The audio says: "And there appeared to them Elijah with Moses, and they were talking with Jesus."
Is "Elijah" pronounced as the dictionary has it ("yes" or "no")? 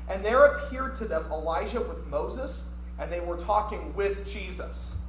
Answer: no